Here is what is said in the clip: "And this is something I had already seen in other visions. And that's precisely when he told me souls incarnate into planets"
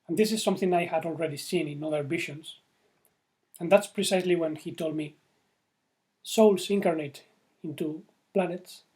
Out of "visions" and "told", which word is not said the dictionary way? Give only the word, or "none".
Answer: visions